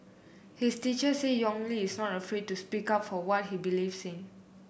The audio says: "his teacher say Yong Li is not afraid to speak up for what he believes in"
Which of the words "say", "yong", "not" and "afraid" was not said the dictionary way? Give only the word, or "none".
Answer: none